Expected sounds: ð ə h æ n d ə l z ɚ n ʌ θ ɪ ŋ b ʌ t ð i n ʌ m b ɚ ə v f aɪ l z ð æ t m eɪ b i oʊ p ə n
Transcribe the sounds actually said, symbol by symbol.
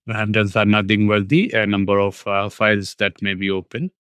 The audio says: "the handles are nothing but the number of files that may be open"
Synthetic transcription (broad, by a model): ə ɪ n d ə n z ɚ n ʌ t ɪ ŋ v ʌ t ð i n ʌ m b ɚ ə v f aɪ l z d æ t m eɪ b i oʊ p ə n